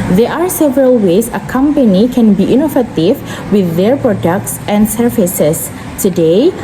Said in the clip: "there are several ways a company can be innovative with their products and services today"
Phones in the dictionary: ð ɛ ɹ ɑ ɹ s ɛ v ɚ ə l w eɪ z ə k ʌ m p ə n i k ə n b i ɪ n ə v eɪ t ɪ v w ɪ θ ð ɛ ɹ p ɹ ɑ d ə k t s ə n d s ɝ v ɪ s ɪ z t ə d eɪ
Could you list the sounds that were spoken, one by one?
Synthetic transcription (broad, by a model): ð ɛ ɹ ɑ ɹ s ɛ v ɚ ə l w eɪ s ə k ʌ m p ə n i k ə n b i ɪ n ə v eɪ t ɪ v w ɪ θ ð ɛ ɹ p ɹ ɑ d ə k t s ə n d s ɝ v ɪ s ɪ s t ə d eɪ